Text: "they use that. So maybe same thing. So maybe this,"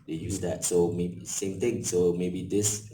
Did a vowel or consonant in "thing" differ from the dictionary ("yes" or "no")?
yes